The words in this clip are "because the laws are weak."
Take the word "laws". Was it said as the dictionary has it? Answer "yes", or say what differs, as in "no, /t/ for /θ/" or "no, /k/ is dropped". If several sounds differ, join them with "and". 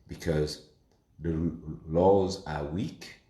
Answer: yes